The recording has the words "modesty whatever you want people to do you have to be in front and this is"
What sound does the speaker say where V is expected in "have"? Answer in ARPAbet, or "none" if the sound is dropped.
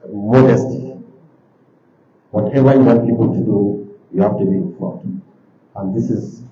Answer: F